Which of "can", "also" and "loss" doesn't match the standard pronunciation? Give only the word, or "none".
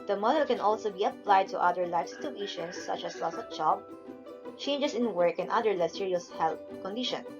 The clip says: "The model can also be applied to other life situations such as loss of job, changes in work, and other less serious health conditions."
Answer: none